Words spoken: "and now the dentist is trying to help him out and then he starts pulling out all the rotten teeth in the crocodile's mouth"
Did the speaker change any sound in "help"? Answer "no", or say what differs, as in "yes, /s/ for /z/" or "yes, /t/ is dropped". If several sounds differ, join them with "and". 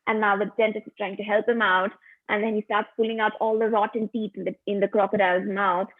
no